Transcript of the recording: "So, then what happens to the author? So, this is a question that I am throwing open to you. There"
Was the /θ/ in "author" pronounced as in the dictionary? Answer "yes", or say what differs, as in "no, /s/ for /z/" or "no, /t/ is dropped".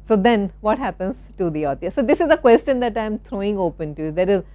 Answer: no, /t/ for /θ/